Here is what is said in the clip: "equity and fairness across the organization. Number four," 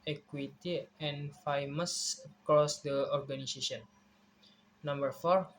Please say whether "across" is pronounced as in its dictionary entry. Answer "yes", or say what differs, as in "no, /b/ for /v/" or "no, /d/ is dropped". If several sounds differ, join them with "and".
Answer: yes